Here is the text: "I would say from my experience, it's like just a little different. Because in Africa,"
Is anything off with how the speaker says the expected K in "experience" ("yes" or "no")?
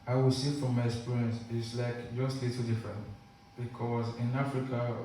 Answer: yes